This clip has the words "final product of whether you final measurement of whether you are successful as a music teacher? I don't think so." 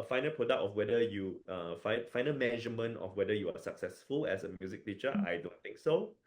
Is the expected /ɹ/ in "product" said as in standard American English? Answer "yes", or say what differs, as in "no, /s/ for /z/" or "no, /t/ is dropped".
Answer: yes